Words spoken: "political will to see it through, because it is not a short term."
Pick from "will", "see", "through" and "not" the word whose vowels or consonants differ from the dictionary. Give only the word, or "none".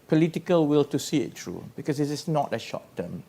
through